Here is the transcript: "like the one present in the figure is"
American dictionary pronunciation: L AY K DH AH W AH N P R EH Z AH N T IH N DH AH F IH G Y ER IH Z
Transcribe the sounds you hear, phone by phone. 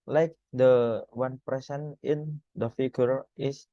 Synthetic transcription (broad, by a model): L AY K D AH W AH N P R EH S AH N IH N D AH F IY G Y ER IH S